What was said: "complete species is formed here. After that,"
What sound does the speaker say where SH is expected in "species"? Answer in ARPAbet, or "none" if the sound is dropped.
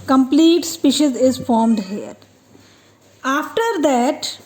SH